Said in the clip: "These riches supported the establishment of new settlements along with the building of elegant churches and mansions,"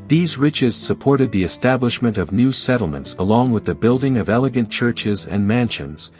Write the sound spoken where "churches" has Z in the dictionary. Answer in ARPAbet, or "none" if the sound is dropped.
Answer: Z